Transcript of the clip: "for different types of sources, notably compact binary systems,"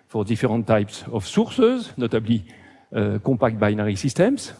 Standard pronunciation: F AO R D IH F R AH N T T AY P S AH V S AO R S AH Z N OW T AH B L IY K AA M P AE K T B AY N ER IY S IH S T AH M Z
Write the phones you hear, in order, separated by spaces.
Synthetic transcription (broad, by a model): F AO R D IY F R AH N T T AY P S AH F S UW R S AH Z N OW T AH B L IY K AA P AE K T B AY N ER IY S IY S T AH M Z